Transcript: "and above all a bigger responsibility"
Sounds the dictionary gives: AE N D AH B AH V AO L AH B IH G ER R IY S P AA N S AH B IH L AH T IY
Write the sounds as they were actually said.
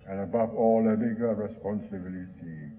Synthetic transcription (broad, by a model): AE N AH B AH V AO L AH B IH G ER R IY S P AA N S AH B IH L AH T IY